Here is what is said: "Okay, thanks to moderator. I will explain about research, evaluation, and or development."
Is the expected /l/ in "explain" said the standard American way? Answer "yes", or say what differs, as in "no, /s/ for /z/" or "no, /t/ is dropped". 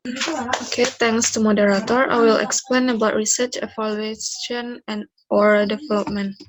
yes